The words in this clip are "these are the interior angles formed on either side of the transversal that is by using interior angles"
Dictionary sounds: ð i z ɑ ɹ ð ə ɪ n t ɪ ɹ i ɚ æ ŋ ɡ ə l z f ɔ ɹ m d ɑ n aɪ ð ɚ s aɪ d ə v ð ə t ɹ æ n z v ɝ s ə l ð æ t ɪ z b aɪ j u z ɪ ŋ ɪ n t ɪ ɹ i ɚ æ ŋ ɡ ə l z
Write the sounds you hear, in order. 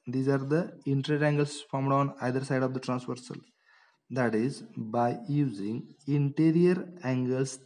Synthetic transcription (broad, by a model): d i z ɑ ɹ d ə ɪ n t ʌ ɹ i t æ ŋ ɡ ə l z f ɔ ɹ m d ɑ n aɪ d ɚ s aɪ d ə v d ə t ɹ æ n s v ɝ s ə l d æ t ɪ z b aɪ j u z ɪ ŋ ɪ n t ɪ ɹ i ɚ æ ŋ ɡ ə l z